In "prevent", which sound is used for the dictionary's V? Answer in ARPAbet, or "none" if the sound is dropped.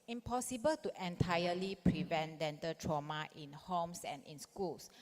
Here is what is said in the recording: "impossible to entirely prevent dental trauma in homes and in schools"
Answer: V